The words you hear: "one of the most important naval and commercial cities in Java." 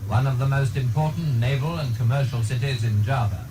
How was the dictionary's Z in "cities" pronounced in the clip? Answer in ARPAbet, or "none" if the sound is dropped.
Z